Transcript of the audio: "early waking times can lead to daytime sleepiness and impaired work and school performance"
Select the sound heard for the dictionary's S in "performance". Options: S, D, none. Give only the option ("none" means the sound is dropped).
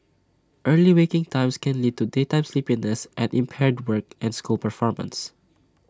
S